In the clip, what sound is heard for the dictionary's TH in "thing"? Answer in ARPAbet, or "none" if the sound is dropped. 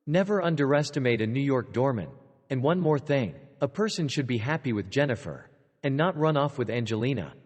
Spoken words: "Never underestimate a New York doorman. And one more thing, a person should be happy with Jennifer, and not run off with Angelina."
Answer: TH